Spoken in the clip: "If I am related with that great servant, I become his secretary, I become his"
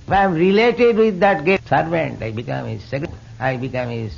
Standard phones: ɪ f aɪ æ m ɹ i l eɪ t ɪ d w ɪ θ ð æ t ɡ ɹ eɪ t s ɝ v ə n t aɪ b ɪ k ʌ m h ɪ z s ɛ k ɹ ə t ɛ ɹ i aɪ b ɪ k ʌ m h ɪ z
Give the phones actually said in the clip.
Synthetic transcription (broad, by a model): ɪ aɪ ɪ m ɹ i l eɪ t ɪ d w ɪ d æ t ɡ eɪ s ɝ v ə n t aɪ b ɪ k ʌ m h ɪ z s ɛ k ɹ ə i b ɪ k ʌ m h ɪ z